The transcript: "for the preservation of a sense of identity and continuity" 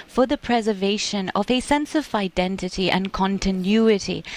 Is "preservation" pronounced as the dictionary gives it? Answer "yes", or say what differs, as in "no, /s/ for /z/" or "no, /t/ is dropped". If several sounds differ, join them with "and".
yes